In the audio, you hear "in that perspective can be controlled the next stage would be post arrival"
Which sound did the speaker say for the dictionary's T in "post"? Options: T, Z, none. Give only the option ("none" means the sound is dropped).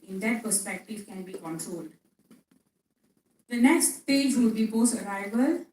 none